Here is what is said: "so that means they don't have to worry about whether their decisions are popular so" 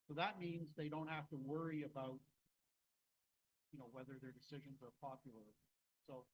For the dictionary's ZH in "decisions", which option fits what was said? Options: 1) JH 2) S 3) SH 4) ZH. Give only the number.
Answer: 4